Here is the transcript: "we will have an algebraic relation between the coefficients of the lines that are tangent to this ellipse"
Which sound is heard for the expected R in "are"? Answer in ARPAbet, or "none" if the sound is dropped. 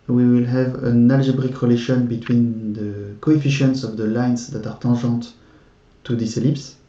R